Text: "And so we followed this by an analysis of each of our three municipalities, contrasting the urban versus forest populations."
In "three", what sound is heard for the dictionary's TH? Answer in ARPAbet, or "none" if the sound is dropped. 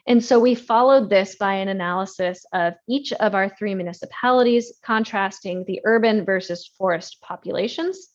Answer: TH